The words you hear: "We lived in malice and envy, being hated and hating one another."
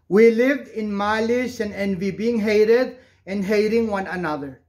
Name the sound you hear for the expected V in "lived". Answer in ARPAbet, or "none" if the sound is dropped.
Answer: V